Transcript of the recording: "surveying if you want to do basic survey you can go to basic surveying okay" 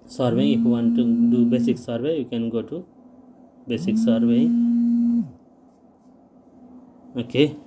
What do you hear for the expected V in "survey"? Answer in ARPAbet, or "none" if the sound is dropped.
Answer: B